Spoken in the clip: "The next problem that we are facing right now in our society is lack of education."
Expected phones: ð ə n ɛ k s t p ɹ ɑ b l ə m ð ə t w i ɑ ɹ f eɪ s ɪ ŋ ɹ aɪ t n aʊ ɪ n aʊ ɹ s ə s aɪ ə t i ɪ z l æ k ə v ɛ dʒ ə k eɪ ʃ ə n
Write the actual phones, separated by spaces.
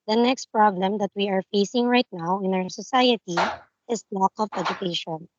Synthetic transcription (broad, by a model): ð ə n ɛ k s t p ɹ ɑ b l ə m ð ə t w i ɑ ɹ f eɪ s ɪ ŋ ɹ aɪ t n aʊ ɪ n aʊ ɹ s ə s aɪ ə t i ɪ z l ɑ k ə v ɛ dʒ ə k eɪ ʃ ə n